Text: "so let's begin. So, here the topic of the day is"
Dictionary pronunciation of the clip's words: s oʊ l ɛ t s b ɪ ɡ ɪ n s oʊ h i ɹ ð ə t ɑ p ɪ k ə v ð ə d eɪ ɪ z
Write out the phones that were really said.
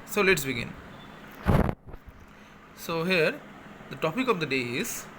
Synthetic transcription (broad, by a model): s oʊ l ɛ t s b ɪ ɡ ɪ n s oʊ h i ɹ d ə t ɑ p ɪ k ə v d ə d eɪ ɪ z